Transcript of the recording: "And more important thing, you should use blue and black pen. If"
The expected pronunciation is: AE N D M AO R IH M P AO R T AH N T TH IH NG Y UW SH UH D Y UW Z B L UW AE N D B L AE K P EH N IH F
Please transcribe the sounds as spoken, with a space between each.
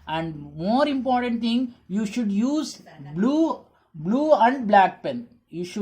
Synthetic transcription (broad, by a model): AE N D M AO R IH M P AO R T AH N T T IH NG Y UW SH UH D Y UW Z B L UW AE N D B L AE K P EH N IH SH